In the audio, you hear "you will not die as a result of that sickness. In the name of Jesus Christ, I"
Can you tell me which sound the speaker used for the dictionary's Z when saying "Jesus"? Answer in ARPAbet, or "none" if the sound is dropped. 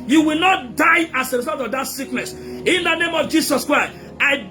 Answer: S